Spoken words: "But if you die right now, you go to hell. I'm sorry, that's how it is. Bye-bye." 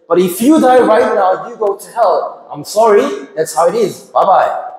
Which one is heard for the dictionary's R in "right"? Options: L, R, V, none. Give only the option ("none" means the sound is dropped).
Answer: R